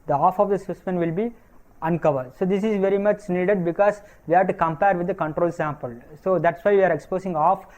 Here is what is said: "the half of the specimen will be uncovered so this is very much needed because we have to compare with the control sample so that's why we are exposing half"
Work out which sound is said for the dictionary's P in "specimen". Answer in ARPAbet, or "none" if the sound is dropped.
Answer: none